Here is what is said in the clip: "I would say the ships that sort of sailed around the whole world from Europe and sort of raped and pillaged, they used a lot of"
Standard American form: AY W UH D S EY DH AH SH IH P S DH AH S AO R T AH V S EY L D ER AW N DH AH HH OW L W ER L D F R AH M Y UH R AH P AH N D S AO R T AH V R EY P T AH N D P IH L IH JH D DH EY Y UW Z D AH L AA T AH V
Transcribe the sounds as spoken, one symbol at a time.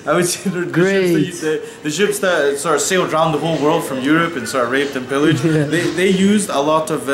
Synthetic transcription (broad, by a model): AY W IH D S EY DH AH SH IH P S DH AH S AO R AH V S EY L D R AW N DH AH HH OW L W ER L D F R AH M Y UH R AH P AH N S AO R AH V R EY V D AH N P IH L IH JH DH DH EY Y UW Z D AH L AA T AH V